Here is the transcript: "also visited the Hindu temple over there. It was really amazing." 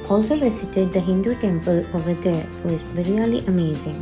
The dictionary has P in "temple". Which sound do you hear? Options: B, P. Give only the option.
P